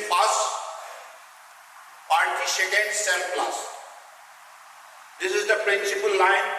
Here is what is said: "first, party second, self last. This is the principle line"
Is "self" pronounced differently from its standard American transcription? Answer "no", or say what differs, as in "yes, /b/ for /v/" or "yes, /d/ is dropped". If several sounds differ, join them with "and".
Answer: yes, /p/ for /f/